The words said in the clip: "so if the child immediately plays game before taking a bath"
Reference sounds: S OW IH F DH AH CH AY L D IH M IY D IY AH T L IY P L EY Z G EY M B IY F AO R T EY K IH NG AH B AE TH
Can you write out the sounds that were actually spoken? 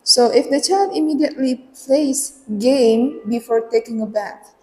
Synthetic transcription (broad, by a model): S OW IH F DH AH CH AY L D IH M IY D IY AH T L IY P L EY S G EY M B IY F AO R T EY K IH NG AH B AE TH